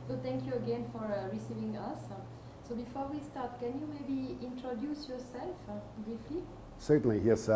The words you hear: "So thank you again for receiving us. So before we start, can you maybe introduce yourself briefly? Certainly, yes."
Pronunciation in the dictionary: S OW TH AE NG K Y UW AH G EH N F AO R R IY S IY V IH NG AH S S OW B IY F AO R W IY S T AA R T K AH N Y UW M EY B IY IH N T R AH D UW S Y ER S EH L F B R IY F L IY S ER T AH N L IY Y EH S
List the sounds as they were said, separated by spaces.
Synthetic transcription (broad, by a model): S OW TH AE NG K Y UW AH G EH N F AO R R IY S IY V IH NG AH S S OW B IY F AO R W IY S T AA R T K AH N Y UW M EY B IY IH N T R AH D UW S Y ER S EH L F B R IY F L IY S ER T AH N L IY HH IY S